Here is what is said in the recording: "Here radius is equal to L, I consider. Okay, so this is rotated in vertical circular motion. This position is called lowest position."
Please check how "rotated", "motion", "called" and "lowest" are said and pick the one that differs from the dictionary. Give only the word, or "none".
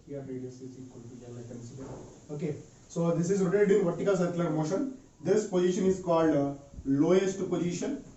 rotated